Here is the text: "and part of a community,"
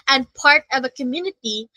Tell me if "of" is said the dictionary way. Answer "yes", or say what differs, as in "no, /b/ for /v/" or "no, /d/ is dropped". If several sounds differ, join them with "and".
yes